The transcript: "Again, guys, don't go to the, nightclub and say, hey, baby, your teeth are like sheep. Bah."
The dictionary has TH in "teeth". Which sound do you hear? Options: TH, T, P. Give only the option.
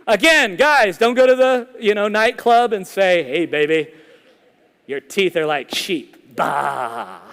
TH